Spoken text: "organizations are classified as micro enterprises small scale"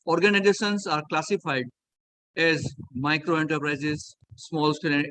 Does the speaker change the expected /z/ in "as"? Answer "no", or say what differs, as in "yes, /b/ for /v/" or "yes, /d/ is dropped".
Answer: no